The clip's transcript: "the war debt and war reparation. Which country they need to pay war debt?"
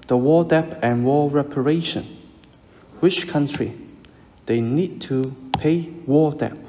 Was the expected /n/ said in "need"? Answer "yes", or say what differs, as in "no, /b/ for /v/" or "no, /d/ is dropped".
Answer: yes